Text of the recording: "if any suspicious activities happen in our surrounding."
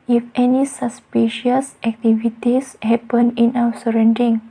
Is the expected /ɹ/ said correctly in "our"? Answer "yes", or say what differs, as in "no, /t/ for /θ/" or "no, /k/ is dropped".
no, /w/ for /ɹ/